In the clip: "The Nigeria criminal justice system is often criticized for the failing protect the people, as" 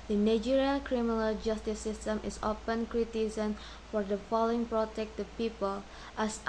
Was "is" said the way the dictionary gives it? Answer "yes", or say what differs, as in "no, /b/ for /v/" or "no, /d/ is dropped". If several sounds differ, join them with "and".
no, /s/ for /z/